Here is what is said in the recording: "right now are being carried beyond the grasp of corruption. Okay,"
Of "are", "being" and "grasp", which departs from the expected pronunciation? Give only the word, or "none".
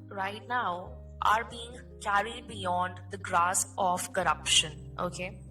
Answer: grasp